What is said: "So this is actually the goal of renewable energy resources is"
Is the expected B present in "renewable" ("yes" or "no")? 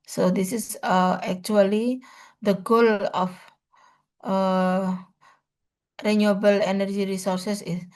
yes